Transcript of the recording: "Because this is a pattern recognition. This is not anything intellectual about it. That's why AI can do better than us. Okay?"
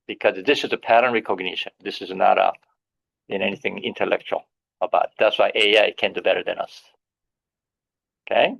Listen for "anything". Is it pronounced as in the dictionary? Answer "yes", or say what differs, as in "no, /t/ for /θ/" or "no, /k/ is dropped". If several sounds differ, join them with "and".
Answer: yes